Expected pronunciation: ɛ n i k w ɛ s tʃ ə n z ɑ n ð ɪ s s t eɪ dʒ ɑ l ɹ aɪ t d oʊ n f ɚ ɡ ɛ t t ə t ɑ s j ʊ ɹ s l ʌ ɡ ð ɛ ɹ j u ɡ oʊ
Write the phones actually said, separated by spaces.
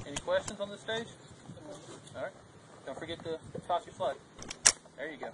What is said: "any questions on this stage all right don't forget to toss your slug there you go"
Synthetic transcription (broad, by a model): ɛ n i k w ɛ s tʃ ə n z n ð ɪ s s t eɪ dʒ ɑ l ɹ aɪ t d oʊ n f ɚ ɡ ɛ t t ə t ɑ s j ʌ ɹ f l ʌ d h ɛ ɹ j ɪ ɡ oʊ